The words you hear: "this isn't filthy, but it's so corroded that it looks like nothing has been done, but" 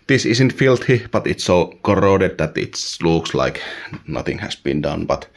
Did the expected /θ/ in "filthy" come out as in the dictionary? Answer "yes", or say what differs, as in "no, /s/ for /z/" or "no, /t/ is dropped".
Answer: no, /t/ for /θ/